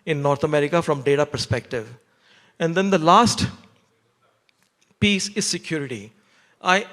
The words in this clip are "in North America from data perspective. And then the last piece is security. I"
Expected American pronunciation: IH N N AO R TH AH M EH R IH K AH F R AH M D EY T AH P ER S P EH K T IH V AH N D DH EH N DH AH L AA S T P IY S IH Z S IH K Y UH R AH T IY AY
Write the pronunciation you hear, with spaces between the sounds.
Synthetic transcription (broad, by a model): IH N N AO R T AH M EH R IH K AH F R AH M D EY T AH P ER S P EH K T IH V AH N D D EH N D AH L AA S T P IY S IH Z S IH K Y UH R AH T IY AY